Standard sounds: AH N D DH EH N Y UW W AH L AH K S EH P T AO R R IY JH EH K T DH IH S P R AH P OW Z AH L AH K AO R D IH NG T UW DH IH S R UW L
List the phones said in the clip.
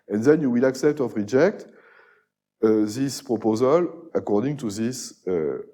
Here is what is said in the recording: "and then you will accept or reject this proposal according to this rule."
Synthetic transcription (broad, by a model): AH N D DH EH N Y UW W AH L AH K S EH P T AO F R IY JH EH K T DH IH S P R AH P OW Z AH L AH K AO R D IH NG T UW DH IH S